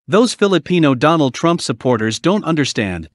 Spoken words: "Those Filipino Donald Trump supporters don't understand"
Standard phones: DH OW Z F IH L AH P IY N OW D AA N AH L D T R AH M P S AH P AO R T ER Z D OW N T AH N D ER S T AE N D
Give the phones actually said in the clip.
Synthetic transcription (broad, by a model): DH OW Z F IH L AH P IY N OW D AA N L D T R AH M P S AH P AO R T ER Z D OW N T AH N D ER S T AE N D